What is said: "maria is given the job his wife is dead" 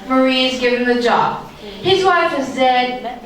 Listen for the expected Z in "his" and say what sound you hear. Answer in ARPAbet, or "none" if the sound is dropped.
Z